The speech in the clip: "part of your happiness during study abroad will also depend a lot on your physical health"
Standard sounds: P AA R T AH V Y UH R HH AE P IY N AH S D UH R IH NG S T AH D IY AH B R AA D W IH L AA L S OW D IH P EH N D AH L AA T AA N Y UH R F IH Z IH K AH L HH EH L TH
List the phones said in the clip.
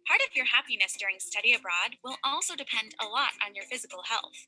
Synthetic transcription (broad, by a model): P AA R T AH V Y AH R HH AE P IY N AH S D UH R IH NG S T AH D IY AH B R AA D W IH L AA L S OW D IH P EH N D AH L AA T N Y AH R F IH Z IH K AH L HH EH L TH